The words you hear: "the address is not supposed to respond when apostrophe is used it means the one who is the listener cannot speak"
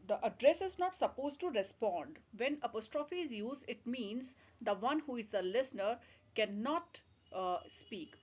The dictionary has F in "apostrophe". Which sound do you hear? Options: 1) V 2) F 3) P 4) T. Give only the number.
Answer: 2